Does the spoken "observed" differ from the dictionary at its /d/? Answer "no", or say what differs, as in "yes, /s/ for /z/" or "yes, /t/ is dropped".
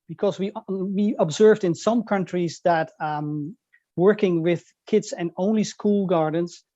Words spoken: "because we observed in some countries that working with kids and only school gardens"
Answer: no